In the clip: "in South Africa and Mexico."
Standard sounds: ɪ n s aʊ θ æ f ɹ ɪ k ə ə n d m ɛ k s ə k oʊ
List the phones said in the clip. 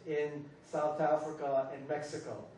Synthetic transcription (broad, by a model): ɪ n s aʊ θ æ f ɹ ɪ k ə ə n m ɛ k s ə k oʊ